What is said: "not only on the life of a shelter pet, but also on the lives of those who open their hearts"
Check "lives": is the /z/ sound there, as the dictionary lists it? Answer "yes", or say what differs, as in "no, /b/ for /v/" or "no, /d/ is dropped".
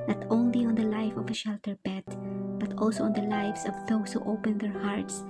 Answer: no, /s/ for /z/